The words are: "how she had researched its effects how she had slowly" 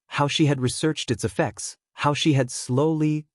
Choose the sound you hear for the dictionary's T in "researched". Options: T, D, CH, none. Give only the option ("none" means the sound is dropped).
T